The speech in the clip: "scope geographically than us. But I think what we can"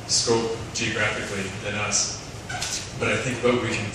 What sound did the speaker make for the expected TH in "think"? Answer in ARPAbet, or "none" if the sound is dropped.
TH